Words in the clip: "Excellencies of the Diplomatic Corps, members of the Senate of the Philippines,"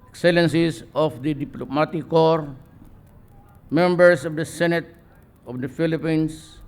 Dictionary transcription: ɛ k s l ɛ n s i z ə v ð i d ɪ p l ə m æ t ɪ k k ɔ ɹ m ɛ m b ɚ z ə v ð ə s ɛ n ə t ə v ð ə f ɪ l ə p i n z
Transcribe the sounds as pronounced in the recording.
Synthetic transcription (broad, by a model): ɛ k s l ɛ n s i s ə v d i d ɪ p l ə m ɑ t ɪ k k ɔ ɹ m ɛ m b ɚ s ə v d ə s ɛ n ə t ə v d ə f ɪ l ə p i n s